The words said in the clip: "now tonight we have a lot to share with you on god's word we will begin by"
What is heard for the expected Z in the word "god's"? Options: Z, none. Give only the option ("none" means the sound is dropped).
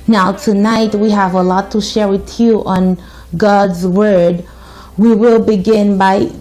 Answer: Z